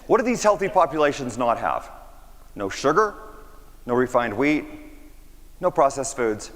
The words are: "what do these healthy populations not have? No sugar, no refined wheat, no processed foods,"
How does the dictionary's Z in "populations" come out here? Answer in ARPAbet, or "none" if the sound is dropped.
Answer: Z